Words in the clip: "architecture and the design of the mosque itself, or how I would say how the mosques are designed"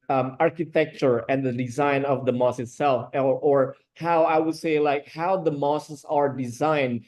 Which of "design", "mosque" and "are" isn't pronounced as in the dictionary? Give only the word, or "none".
mosque